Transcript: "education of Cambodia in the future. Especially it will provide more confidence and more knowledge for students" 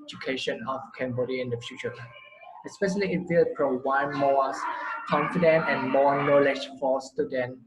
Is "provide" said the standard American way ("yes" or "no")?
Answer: no